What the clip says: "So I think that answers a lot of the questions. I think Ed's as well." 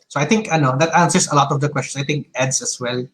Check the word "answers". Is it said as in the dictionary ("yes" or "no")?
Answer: no